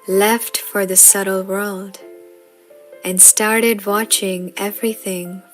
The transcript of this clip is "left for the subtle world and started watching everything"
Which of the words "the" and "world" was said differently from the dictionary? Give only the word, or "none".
none